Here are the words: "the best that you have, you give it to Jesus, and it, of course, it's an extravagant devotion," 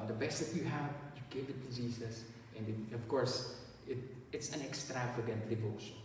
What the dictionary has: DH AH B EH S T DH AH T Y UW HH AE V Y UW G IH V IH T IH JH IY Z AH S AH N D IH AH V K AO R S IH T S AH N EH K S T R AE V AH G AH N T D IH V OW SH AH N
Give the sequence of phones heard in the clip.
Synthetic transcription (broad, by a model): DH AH B EH S T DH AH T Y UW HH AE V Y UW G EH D IH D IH Z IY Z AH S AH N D IH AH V K AO R S IH T S AH N EH K S T R AE V AH G AH N T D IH V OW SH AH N